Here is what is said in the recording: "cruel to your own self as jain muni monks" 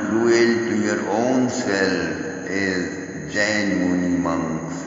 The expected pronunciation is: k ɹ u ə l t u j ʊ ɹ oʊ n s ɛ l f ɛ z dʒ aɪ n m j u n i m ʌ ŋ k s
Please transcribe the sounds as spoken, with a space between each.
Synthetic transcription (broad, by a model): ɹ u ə l t u j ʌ ɹ oʊ n s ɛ l ɪ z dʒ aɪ n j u n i m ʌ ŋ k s